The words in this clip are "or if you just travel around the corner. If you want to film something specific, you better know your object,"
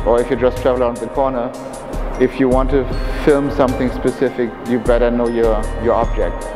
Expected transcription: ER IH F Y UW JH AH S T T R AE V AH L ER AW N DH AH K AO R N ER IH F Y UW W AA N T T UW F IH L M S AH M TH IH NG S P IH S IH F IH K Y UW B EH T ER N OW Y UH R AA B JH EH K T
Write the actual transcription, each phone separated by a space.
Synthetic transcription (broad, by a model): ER IH F Y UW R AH S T T R AE V AH L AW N DH AH K AO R N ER IH F Y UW W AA N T T UW F IH L M S AH M TH IH NG S P IH S IH F IH K Y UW B EH T ER N OW Y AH R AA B JH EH K T